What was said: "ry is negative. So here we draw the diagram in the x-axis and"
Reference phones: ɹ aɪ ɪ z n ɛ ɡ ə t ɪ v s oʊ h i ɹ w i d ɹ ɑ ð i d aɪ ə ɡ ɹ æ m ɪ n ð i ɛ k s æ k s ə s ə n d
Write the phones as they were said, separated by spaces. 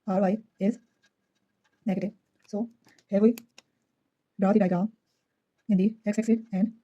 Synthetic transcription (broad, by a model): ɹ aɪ ɪ z n ɛ ɡ ə t ɪ v s oʊ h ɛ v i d ɑ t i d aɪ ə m ɪ n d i ɛ k s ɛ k s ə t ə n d